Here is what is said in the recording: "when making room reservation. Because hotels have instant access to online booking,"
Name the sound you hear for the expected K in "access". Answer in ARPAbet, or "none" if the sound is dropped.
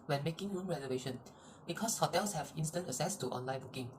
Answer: none